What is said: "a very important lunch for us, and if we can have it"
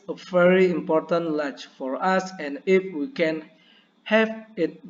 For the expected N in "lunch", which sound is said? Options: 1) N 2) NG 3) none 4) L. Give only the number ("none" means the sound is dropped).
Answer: 3